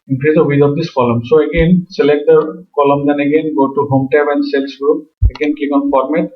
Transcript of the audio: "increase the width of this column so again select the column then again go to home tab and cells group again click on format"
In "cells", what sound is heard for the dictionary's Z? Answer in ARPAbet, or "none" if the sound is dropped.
S